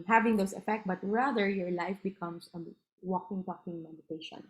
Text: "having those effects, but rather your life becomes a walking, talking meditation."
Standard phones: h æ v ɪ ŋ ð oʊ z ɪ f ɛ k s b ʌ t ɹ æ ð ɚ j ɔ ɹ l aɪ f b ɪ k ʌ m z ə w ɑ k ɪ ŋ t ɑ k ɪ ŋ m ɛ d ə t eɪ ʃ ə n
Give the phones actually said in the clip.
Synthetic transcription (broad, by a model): h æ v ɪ ŋ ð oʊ s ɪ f ɛ k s b ʌ t ɹ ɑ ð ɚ j ɔ ɹ l aɪ f b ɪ k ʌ m s ə w ɑ k ɪ ŋ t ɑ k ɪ ŋ m ɛ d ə t eɪ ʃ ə n